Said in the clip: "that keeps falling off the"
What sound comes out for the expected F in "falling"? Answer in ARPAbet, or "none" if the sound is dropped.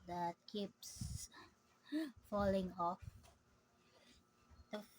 F